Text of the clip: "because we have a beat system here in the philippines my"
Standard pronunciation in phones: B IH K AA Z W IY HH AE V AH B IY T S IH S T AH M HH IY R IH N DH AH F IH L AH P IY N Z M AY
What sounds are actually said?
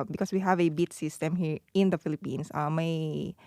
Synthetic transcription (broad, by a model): B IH K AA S W IY HH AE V AH B IY T S IH S T AH M HH IY R IH N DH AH F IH L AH P IY N S M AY